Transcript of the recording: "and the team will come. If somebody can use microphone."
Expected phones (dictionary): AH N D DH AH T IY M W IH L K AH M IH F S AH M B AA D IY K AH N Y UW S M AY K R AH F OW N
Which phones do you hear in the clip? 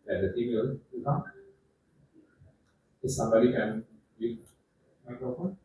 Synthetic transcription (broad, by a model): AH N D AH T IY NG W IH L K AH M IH S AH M B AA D IY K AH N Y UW M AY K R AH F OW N